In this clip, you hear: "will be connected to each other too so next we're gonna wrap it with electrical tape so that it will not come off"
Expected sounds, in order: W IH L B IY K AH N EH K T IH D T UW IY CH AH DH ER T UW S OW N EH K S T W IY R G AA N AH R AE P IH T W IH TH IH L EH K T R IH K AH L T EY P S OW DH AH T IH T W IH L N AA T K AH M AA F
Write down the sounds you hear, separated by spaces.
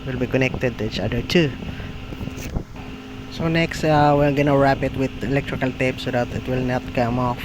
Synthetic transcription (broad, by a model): W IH L B IY K AH N EH K T IH D T UW IY CH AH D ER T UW S OW N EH K S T W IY L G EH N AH R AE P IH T W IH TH IH L EH K T R IH K AH L T EY P S OW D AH T IH T W IH L N AA T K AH M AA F